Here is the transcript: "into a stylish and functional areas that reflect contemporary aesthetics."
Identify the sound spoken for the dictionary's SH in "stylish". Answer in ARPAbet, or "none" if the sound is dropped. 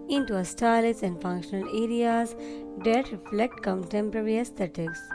S